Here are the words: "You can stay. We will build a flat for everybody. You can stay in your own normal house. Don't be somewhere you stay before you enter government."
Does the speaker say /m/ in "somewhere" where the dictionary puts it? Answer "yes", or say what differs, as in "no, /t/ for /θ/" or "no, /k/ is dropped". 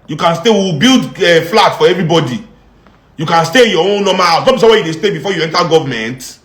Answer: no, /m/ is dropped